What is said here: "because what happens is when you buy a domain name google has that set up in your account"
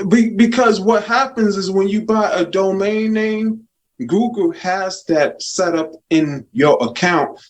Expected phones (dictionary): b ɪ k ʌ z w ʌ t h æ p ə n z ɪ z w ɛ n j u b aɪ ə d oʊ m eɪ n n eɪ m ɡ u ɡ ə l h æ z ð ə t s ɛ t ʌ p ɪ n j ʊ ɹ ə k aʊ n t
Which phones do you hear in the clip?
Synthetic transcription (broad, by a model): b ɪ k ʌ z w ʌ t h æ p ə n z ɪ z w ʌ n j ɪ b aɪ ə d oʊ m eɪ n n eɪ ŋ ɡ u ɡ l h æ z ð ə t s ɛ t ʌ p ɪ n j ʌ ɹ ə k aʊ n t